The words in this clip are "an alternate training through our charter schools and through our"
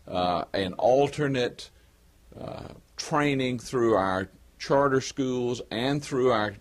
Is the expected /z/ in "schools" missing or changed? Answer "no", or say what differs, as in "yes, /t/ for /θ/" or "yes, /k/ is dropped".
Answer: no